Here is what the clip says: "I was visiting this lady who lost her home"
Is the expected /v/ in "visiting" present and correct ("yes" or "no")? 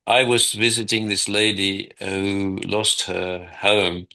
yes